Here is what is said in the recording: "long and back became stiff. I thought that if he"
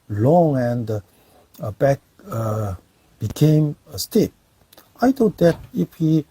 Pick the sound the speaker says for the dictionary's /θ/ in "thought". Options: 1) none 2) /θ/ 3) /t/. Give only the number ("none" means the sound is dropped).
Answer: 3